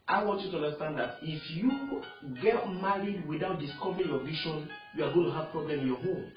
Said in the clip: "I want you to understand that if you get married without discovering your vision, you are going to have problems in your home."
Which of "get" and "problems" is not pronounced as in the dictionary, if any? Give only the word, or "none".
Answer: problems